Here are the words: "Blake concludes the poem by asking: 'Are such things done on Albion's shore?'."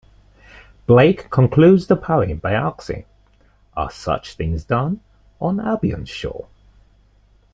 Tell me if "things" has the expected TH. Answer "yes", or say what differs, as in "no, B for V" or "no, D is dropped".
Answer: yes